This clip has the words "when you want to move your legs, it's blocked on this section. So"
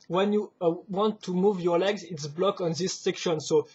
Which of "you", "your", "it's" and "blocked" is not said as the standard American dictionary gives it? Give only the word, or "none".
blocked